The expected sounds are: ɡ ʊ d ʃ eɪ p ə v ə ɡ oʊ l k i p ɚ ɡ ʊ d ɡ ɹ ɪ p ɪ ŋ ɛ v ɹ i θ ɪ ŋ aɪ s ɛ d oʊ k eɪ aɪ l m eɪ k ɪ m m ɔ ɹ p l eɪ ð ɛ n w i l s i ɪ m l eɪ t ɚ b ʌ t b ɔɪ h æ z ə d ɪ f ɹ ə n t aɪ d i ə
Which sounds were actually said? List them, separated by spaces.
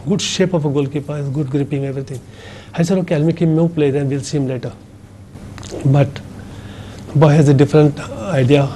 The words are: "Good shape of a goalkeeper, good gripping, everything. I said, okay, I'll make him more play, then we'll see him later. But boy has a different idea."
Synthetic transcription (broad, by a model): ɡ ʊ d ʃ eɪ p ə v ə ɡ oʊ l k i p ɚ ɡ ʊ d ɡ ɹ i p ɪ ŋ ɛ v ɹ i t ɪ ŋ aɪ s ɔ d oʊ k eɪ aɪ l m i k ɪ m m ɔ w p l eɪ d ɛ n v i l s i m l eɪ t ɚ b ʌ t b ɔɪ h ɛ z ə d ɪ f ɹ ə n t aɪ d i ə